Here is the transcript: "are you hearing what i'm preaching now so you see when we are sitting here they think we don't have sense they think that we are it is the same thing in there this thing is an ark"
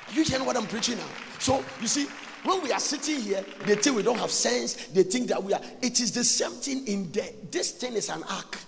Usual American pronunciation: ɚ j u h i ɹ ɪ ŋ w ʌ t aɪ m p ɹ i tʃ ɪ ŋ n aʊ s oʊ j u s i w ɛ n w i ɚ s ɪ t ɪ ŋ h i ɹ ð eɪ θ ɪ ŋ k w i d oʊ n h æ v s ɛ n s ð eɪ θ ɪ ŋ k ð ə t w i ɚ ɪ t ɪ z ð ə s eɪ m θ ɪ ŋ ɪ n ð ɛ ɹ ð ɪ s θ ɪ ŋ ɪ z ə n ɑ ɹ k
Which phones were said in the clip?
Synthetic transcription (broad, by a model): j u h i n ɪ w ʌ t aɪ m p ɹ i tʃ ɪ ŋ n aʊ s oʊ j u s i w ɛ n w i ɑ s ɪ t ɪ ŋ h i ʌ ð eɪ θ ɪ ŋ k w i d oʊ n h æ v s ɛ n s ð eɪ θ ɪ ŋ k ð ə t w i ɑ ɪ t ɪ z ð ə s eɪ m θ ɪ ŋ ɪ n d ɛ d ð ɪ s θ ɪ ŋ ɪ s ə n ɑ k